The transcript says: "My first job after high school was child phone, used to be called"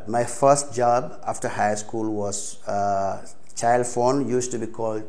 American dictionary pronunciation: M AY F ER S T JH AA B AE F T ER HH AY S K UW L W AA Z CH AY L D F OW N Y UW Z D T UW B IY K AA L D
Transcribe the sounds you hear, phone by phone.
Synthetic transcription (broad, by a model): M AY F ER S T JH AA B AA F T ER HH AY S K UW L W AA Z CH AY L D F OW N Y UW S T UW B IY K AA L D